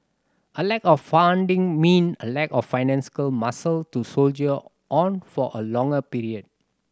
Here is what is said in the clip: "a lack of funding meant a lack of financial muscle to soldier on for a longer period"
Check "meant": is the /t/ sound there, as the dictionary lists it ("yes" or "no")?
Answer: no